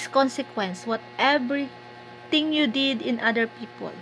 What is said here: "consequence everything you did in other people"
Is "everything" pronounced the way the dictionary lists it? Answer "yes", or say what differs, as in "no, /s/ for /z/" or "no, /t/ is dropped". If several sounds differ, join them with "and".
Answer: no, /t/ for /θ/